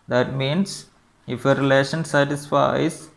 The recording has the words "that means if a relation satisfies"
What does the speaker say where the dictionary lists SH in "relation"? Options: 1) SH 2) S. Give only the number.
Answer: 1